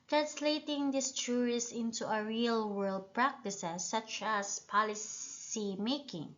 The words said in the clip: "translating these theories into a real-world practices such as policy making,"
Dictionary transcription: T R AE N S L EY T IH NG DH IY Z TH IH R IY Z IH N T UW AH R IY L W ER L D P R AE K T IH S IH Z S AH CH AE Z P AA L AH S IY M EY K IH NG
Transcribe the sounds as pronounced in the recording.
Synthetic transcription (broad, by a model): T R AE N S L EY T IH NG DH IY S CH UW R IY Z IH N T UW AH R IY L W ER L D P R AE K T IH S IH S AH CH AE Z P AA L AH S IY M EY K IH NG